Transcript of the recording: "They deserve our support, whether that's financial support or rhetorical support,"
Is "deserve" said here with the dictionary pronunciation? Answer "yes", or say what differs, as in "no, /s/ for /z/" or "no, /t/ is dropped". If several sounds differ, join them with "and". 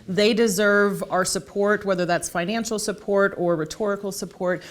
yes